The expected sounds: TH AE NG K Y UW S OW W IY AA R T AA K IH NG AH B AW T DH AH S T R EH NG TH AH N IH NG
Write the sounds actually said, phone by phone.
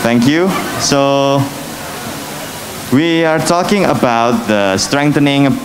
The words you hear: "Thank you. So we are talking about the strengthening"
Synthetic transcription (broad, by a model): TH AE NG K Y UW S OW W IY AA R T AA K IH NG AH B AW T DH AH S T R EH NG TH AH N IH NG